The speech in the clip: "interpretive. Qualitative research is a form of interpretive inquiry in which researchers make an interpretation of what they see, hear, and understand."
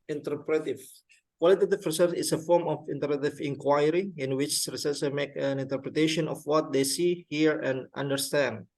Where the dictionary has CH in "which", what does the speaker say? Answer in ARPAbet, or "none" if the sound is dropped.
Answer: CH